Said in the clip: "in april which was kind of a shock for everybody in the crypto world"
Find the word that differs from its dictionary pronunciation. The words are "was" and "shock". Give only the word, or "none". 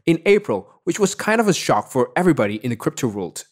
none